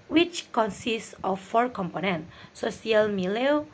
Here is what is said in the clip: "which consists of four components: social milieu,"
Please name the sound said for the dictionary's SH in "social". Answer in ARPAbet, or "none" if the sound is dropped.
none